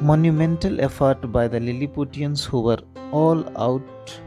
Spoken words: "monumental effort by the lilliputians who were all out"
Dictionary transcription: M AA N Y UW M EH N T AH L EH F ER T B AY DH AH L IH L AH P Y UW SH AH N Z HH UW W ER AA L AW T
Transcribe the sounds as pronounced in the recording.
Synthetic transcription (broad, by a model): M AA N Y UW M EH N T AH L EH F ER T B AY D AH L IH L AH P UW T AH N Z HH UW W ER AA L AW T